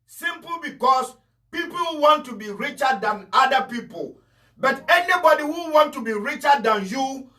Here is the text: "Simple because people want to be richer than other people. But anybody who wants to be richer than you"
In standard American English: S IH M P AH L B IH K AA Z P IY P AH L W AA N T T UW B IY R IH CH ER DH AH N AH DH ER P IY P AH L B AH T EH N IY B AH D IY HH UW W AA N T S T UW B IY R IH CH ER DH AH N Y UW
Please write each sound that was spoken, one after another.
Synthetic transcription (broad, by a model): S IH M P L B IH K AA S P IY P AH L W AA N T T UW B IY R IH CH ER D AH N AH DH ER P IY P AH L B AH T EH N IY B AH D IY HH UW W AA N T T UW B IY R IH CH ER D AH N Y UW